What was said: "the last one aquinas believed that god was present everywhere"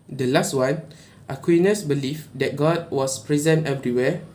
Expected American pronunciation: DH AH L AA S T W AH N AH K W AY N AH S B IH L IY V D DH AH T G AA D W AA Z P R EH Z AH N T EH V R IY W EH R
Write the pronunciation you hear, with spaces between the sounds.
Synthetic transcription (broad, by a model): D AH L AA S T W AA N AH K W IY N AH S B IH L IY F D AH T G AA D W AA S P R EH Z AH N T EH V R IY W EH